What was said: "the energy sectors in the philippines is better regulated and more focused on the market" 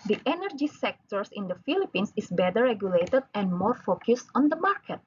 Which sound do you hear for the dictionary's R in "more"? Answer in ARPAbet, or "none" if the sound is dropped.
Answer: R